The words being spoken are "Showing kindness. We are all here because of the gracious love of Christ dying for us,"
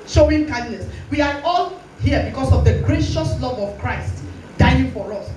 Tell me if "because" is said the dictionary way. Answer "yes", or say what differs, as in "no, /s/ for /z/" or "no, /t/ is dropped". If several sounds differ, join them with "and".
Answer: no, /s/ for /z/